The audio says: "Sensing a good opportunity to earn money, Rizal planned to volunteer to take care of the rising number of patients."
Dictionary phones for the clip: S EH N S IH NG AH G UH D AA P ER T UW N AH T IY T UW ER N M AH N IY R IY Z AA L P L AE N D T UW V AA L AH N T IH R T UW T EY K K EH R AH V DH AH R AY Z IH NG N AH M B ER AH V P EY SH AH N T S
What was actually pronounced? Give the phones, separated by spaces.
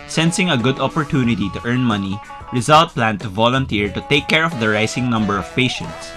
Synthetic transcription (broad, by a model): S EH N S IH NG AH G UH D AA P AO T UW N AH T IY T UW ER N M AH N IY R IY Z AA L P L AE N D T UW V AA L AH N T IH R T UW T EY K K EH R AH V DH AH R AY S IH NG N AH M B ER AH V P EY SH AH N T S